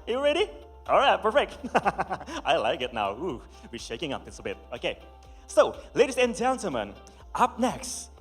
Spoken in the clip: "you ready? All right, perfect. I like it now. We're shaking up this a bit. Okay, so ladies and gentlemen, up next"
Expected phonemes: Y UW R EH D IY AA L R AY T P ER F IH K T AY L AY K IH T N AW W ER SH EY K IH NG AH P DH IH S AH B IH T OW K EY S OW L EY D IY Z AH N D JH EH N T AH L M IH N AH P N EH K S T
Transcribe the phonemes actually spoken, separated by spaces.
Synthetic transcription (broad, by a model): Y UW R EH D IY AA L R AY T P ER F IH K T AY L AY K IH T N AW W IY SH EY K IH NG AH P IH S AH B IH T OW K EY S OW L EY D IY S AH N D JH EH N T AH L M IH N AH P N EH K S T